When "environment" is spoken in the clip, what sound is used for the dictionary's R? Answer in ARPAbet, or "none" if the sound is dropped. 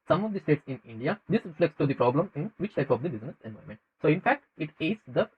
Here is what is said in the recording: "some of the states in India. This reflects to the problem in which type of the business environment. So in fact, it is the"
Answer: none